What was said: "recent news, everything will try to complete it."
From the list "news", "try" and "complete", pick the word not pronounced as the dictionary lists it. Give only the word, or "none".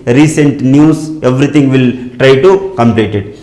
news